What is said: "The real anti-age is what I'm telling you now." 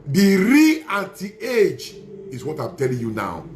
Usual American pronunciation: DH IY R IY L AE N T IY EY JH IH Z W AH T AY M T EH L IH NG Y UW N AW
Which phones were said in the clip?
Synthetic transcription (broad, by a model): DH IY R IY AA T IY EY JH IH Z W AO T AY M T EH L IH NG Y UW N AW